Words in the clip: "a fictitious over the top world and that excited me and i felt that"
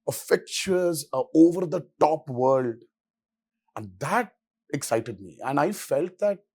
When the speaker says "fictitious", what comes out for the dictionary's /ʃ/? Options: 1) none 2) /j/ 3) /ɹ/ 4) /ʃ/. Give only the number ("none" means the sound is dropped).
1